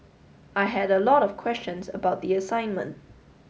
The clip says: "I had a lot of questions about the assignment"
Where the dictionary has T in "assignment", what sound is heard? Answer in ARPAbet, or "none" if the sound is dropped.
T